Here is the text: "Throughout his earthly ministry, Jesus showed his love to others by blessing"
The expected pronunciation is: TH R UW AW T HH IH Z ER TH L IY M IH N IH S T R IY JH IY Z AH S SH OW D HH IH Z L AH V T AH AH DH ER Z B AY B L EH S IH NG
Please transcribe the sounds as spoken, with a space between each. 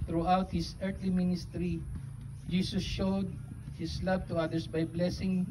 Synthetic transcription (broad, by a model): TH R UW AW T HH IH S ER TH L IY M IH N IH S T R IY JH IY S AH S SH OW D HH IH S L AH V T AH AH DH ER S B AY B L EH S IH NG